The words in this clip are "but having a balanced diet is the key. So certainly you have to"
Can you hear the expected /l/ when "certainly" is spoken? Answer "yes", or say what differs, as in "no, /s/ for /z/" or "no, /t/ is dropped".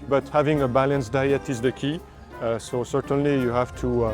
yes